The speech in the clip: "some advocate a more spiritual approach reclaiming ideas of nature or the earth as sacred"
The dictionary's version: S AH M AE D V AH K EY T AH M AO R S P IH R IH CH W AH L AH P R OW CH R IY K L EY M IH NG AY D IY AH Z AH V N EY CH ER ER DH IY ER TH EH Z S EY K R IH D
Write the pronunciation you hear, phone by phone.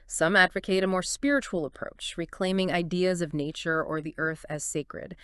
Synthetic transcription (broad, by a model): S AH M AE D V AH K EY T AH M AO R S P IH R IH CH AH L AH P R OW CH R IY K L EY M IH NG AY D IY AH Z AH V N EY CH ER ER DH IY ER TH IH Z S EY K R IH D